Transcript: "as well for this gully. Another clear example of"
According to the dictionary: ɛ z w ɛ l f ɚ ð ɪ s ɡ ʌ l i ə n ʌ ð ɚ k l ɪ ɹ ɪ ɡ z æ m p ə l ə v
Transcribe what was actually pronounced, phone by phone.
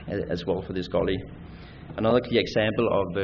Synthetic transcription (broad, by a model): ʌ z w ɛ l f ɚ ð ɪ s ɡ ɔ l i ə n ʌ ð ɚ k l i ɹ ɪ ɡ z æ m p ə l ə v